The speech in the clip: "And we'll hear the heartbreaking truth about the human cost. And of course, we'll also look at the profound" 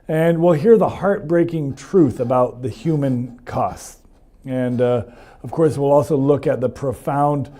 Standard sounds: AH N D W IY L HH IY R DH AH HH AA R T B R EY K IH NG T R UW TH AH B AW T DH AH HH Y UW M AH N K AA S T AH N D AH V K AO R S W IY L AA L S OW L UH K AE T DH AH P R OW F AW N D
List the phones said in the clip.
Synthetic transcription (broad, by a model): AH N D W IY L HH IY R DH AH HH AA R T B R EY K IH NG T R UW TH AH B AW T DH AH HH Y UW M AH N K AA S T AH N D AH V K AO R S W IY L AA L S OW L UH K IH T DH AH P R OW F AW N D